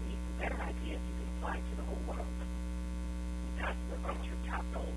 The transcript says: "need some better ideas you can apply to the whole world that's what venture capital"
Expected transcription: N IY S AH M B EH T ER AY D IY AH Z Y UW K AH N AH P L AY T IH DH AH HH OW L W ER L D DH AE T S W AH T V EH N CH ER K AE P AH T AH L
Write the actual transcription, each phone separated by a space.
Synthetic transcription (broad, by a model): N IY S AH B EH T ER AY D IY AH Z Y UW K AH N AH P L AY T IH DH AH HH OW L W ER L D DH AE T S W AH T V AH CH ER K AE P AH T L